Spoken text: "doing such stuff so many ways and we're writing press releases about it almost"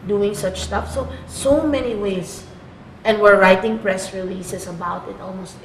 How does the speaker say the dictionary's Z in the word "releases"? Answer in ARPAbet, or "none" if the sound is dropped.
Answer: S